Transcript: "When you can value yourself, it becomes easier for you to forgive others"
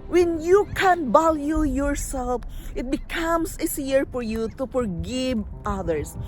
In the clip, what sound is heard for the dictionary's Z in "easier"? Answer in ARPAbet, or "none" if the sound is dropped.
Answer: S